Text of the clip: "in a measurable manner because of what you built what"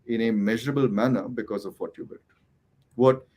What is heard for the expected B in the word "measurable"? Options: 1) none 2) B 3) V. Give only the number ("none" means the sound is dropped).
2